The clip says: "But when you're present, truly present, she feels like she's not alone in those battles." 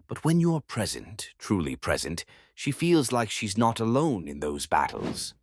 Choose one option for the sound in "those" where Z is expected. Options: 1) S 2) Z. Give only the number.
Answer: 2